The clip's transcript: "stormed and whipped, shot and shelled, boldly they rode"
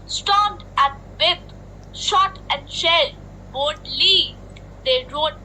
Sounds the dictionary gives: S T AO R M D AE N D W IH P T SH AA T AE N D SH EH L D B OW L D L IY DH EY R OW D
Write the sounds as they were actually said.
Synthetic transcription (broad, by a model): S T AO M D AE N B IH T SH AA T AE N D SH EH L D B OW D L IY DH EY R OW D